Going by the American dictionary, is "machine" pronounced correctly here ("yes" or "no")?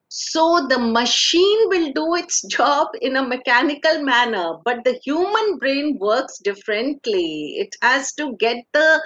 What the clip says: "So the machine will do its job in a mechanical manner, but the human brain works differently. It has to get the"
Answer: yes